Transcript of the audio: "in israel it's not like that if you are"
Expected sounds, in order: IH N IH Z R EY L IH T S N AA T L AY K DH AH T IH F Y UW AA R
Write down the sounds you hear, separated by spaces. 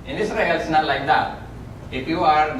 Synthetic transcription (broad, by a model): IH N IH S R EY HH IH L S N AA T L AY K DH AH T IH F Y UW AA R